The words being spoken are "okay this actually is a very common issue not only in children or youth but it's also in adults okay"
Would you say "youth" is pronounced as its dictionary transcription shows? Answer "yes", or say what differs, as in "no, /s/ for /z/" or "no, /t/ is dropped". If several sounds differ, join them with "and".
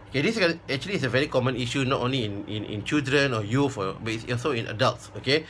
no, /f/ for /θ/